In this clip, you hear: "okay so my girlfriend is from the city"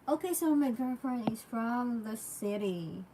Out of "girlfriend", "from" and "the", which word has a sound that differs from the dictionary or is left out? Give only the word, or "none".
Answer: girlfriend